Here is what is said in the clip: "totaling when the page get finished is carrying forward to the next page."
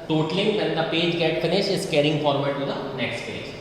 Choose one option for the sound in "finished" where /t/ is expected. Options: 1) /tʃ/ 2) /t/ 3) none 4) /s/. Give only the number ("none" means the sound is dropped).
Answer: 3